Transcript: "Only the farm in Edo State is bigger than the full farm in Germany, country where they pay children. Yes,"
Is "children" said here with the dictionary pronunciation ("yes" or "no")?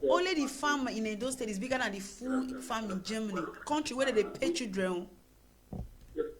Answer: no